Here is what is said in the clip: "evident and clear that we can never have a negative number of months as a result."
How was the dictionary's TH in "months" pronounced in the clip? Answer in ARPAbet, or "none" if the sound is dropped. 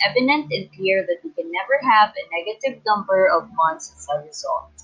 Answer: T